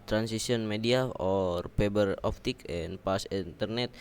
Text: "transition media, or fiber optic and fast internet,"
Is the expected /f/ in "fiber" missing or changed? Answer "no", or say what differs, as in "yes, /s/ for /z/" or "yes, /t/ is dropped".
yes, /p/ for /f/